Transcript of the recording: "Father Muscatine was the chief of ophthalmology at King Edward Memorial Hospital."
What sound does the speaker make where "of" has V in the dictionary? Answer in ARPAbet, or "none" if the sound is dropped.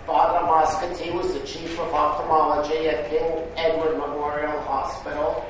V